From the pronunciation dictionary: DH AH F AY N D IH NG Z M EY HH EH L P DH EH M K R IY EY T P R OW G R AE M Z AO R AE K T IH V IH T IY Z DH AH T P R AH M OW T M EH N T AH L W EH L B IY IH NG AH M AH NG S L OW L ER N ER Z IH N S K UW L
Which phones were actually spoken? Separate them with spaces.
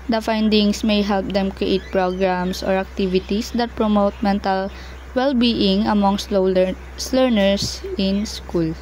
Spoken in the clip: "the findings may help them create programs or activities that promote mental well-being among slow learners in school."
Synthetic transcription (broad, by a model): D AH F AY N D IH NG S M EY HH EH L P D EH M K R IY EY T P R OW G R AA M S AO R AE K T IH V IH T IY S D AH T P R AH M OW T M EH N T AH L W EH L B IY IH NG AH M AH NG S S L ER N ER S IH N S K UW L